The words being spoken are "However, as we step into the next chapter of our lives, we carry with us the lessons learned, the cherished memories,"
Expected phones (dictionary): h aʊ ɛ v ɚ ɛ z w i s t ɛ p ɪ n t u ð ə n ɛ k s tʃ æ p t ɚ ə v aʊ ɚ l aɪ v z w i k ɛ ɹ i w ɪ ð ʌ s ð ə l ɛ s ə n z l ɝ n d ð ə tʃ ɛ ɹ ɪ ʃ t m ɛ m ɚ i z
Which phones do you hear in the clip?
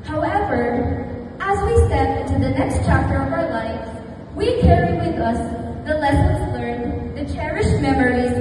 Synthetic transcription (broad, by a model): h aʊ ɛ v ɚ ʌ z w i s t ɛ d ɪ n t u ð ə n ɛ k s tʃ æ p t ɚ ə v aʊ ɚ l aɪ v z w i k ɛ ɹ i w ɪ ð ʌ s ð ə l ɛ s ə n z l ɝ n ð ə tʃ ɛ ɹ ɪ ʃ m ɛ m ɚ i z